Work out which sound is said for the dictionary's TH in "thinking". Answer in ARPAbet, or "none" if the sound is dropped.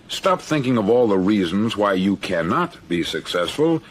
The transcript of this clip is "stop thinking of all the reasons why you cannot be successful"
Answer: TH